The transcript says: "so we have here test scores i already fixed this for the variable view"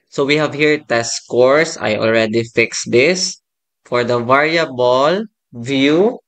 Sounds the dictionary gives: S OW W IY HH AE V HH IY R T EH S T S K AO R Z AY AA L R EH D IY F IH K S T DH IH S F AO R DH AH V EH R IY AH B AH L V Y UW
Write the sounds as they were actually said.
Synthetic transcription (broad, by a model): S OW W IY HH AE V HH IY R T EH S S K AO R S AY AA L R EH D IY F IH K S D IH S F AO R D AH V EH R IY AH B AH L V Y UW